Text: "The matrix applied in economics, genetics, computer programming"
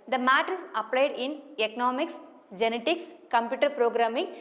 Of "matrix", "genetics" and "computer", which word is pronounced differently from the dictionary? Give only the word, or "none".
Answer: matrix